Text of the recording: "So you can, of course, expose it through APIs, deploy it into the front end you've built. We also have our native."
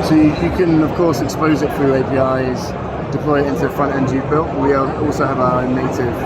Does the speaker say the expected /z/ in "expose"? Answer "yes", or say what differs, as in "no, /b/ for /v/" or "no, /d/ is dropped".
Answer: yes